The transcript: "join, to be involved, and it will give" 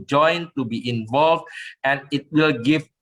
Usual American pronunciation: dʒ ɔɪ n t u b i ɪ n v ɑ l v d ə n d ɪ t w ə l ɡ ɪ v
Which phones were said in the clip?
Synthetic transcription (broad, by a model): dʒ ɔɪ n t u b i ɪ n v ɑ l v d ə n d ɪ t w ə l ɡ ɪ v